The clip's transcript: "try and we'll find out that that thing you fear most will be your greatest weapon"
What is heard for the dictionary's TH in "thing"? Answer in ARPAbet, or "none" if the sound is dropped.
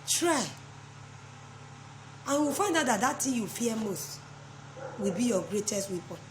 T